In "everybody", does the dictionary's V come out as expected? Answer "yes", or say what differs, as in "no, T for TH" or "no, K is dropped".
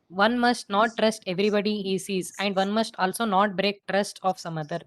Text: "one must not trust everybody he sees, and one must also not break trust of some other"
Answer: yes